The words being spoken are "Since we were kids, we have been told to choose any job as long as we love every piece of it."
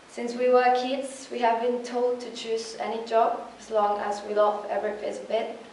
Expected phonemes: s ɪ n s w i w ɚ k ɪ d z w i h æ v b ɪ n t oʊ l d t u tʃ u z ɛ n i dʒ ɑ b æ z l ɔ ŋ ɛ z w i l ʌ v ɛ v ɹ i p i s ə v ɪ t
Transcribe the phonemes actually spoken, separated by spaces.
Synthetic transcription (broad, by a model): s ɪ n s w i w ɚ k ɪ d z w i h æ v b ɪ n t oʊ l d t u tʃ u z ɛ n i dʒ ɑ b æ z l ɔ ŋ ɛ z w i l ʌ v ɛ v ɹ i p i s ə b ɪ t